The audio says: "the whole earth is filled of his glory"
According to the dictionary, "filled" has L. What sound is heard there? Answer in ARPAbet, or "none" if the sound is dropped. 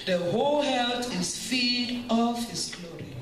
none